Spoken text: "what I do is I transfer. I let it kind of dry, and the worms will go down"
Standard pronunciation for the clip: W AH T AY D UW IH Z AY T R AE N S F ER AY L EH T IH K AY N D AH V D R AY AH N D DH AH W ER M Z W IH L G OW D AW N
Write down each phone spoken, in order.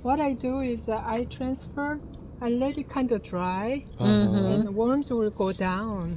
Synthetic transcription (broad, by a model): W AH T AY D UW IH Z AY T R AE N S F ER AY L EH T IH K AY N D AH V D R AY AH N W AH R M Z W IH L G OW D AW N